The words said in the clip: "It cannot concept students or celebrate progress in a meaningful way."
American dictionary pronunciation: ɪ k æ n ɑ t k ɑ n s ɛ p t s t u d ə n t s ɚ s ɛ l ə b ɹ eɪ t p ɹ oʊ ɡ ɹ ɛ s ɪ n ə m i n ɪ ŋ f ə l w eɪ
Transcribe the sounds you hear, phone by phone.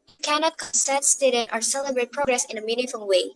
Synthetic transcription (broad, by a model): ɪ k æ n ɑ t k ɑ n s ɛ t s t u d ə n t ɚ s ɛ l ə b ɹ eɪ t p ɹ oʊ ɡ ɹ ɛ s ɪ n ə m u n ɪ f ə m w eɪ